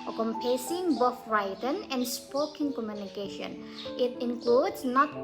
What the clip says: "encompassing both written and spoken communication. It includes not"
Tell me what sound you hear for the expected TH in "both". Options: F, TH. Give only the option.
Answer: F